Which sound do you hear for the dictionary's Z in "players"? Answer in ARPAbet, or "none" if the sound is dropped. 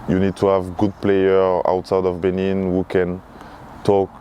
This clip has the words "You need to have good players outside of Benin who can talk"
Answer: none